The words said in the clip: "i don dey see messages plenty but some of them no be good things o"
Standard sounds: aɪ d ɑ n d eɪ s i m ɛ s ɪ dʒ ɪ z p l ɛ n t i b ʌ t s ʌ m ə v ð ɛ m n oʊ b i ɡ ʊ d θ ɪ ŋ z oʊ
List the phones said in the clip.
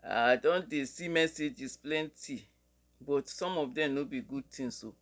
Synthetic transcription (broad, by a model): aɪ d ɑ n d eɪ s i m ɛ s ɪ dʒ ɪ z p l ɛ n t i b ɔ t s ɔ m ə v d ɛ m n oʊ b i ɡ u d t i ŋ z oʊ